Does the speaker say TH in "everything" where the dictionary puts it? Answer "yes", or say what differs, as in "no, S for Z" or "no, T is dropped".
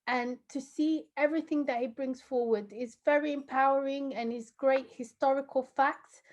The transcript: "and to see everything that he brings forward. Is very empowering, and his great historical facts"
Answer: yes